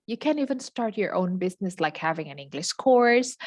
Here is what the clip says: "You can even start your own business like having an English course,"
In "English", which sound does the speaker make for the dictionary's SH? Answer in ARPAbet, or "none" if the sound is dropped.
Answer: SH